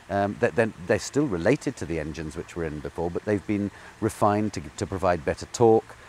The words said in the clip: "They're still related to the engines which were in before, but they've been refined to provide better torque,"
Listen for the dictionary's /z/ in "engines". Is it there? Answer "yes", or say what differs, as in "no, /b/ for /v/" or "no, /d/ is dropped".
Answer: yes